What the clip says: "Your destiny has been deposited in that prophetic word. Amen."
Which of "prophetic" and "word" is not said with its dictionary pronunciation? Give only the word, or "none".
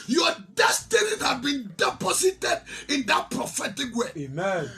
word